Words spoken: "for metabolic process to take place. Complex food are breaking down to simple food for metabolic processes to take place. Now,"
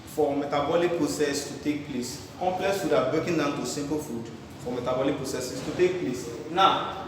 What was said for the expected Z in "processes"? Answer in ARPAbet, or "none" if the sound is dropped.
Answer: S